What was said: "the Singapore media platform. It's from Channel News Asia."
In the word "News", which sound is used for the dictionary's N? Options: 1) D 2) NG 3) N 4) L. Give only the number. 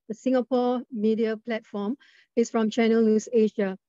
4